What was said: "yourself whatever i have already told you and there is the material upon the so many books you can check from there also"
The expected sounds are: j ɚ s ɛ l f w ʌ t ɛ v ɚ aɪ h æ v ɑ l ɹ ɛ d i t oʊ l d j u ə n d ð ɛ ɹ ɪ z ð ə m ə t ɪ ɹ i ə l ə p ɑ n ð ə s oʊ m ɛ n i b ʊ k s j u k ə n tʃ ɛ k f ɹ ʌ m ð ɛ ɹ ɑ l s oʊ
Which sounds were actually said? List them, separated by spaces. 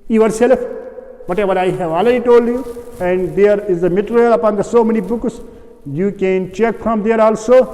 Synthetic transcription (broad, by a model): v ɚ s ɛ l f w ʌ t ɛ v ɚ aɪ h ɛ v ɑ l ɛ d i t oʊ l d j u ə n d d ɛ ɹ ɪ z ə m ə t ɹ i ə l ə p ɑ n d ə s oʊ m ɛ n i b ʊ k s j u k ə n tʃ ɛ k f ɹ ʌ m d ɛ ɹ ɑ l s oʊ